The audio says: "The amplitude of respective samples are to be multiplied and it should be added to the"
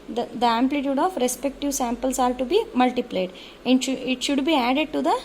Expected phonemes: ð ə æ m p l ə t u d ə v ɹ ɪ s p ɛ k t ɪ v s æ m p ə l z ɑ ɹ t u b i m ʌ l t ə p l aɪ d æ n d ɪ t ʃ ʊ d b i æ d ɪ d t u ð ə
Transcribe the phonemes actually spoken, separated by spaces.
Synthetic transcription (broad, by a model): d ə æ m p l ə t u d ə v ɹ ɪ s p ɛ k t ɪ v s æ m p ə l s ɑ ɹ t u b i m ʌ l t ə p l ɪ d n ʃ ɪ t ʃ ʊ d b i æ d ɪ d t u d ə